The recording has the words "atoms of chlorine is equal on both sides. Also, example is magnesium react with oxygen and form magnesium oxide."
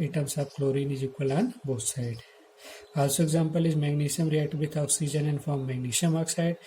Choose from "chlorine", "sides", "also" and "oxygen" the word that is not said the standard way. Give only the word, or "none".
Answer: sides